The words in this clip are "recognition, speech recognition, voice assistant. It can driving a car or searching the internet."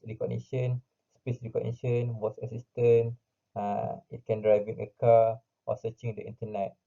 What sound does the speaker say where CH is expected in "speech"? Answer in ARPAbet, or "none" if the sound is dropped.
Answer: S